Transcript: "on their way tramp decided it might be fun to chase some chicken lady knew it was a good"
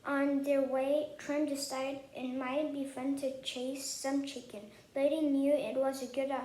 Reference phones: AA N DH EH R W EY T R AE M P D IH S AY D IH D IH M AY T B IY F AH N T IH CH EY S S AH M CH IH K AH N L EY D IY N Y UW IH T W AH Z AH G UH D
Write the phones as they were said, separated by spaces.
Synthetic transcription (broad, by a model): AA N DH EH R W EY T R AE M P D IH S AY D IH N M AY T B IY F AH N T IH CH EY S S AH M CH IH K AH N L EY D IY N Y UW IH T W AH Z AH G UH D